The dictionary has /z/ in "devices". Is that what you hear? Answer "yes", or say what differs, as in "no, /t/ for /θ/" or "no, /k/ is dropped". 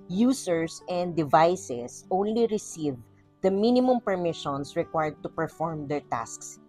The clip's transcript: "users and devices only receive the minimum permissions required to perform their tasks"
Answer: no, /s/ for /z/